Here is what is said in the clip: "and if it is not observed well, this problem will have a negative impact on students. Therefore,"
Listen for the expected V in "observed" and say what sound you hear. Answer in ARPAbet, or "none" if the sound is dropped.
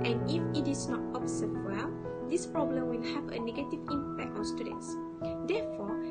none